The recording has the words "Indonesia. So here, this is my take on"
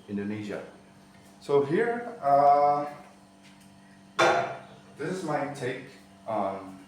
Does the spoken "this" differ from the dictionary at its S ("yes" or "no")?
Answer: no